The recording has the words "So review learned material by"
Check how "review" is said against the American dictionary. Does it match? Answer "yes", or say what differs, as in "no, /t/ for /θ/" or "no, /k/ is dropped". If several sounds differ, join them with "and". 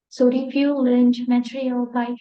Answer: no, /f/ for /v/